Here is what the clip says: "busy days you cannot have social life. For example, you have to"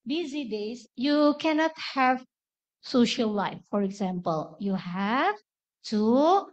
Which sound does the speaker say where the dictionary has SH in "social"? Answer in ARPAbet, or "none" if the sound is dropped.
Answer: SH